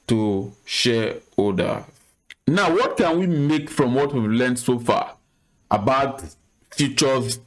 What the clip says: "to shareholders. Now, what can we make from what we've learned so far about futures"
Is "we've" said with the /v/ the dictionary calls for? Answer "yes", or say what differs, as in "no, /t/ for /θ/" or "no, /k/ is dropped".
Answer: yes